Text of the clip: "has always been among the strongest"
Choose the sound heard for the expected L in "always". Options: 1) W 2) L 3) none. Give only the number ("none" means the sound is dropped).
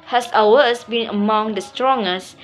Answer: 3